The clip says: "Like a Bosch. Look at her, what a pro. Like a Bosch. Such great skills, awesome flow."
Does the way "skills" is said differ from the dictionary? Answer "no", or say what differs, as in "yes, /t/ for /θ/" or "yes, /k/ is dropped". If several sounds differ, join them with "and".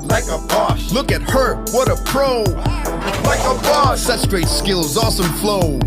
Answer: no